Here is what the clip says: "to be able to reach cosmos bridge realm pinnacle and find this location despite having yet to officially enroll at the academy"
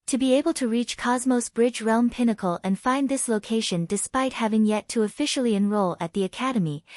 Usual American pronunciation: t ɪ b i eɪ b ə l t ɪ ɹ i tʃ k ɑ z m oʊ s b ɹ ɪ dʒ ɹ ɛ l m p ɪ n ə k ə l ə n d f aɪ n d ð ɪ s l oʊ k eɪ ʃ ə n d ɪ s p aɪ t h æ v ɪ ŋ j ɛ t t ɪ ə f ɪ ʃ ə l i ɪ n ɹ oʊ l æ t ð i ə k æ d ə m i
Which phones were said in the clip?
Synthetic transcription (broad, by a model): t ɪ b i eɪ b ə l t ɪ ɹ i tʃ k ɑ z m oʊ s b ɹ ɪ dʒ ɹ ɛ l m p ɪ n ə k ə l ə n f aɪ n ð ɪ s l oʊ k eɪ ʃ ə n d ɪ s p aɪ t h æ v ɪ ŋ j ɛ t t ɪ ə f ɪ ʃ l i ɪ n ɹ oʊ l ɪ t ð i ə k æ d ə m i